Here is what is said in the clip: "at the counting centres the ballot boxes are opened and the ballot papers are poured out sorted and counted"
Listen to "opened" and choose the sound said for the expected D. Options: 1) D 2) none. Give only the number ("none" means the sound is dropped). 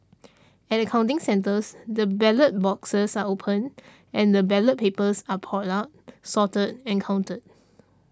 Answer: 2